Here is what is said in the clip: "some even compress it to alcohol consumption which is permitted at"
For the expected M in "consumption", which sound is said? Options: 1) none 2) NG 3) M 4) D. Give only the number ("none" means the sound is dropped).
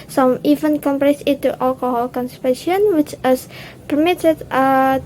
1